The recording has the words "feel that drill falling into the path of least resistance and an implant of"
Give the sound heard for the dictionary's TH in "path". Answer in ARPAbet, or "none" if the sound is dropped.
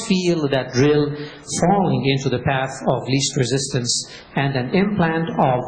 TH